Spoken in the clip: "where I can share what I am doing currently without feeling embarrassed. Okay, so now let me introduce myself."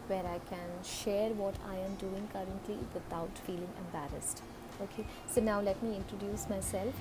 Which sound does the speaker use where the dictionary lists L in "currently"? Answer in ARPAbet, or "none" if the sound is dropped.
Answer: L